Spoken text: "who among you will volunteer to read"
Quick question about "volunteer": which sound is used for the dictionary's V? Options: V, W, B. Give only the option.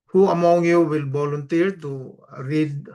B